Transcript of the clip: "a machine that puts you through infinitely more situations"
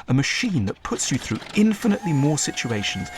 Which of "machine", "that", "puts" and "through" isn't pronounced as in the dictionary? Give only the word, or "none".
none